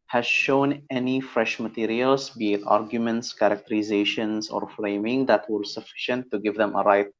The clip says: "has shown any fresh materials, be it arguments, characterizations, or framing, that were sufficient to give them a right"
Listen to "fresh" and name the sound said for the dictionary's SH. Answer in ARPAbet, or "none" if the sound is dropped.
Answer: SH